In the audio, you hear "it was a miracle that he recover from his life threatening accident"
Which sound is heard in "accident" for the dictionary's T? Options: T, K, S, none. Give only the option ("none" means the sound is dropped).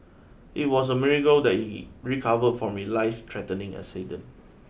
none